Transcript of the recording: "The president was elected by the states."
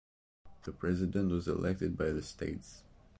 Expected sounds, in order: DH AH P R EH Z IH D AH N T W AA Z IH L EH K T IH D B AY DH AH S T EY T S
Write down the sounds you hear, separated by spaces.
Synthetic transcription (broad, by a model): DH AH P R EH Z IH D AH N T W AA Z IH L EH K T IH D B AY DH AH S T EY T S